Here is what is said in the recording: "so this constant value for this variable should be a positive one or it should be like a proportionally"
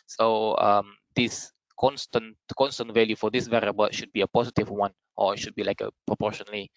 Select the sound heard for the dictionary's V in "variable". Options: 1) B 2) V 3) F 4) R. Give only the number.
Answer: 2